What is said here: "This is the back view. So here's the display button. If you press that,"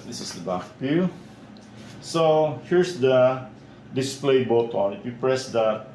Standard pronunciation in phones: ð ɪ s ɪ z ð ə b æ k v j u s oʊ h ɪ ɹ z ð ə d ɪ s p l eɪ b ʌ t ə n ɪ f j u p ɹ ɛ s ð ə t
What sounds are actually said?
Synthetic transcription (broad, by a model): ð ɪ s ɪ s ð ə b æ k p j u s oʊ h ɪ ɹ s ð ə d ɪ s p l eɪ b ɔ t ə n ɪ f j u p ɹ ɛ s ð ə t